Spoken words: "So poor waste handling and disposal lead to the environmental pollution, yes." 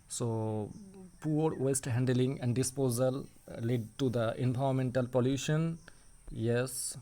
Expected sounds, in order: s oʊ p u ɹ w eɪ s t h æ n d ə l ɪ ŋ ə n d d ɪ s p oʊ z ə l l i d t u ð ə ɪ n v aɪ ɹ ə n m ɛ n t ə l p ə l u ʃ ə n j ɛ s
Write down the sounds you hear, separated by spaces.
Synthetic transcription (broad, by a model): s oʊ p u ɹ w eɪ s t h æ n d ə l ɪ ŋ ə n d d ɪ s p oʊ z ə l l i d t u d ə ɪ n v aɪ ə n m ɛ n t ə l p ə l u ʃ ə n j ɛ s